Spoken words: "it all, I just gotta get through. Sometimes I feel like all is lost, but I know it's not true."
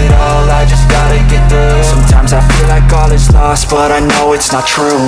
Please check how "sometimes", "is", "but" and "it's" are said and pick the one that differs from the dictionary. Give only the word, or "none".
is